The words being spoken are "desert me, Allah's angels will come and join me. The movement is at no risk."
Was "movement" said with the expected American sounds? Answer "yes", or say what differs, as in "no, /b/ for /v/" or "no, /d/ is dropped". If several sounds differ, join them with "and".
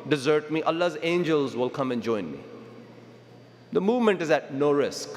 yes